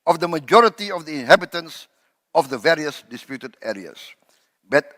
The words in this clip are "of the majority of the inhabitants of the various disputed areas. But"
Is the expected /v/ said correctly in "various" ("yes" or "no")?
yes